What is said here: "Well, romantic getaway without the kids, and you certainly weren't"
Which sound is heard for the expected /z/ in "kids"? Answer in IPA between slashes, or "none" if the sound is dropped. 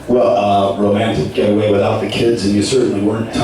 /z/